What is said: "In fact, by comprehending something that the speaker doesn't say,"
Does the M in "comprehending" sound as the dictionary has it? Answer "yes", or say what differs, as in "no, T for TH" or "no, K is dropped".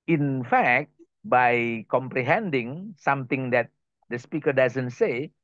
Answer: yes